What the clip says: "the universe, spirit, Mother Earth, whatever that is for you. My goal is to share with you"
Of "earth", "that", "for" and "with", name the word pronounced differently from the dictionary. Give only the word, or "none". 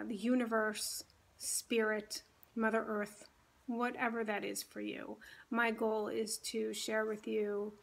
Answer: none